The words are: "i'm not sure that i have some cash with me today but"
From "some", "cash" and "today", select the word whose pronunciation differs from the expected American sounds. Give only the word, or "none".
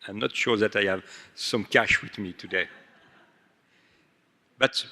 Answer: none